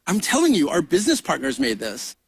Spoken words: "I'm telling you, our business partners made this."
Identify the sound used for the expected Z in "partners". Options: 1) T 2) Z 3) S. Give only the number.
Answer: 2